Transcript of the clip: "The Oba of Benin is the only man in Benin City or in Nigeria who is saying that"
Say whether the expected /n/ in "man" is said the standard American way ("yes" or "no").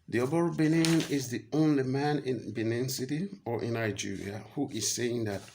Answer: yes